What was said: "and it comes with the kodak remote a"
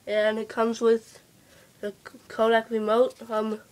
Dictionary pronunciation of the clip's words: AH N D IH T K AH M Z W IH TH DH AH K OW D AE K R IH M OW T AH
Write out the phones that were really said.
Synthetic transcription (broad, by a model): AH N IH T K AH M Z W IH DH AH K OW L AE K R IH M OW T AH